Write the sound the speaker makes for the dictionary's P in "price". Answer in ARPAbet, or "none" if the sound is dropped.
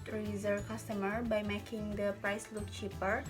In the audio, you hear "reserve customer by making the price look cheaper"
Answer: P